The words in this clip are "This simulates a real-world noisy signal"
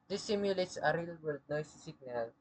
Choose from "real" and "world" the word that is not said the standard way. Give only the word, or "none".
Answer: world